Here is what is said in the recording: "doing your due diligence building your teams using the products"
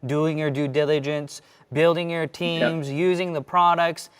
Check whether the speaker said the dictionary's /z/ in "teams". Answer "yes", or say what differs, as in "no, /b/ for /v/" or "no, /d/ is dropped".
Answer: yes